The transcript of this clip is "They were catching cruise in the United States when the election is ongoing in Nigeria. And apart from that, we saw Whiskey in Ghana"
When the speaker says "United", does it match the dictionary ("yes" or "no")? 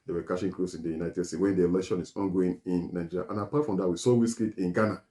yes